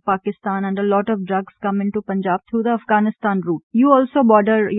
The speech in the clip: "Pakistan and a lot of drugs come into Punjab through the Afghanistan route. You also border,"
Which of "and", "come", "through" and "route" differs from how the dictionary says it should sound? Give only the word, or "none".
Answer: through